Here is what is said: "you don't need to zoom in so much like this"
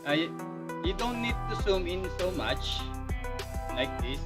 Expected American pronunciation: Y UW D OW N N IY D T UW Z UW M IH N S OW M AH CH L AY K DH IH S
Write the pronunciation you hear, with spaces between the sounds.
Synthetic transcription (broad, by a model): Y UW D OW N N IY D T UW S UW M IH N S OW M AH CH L AY K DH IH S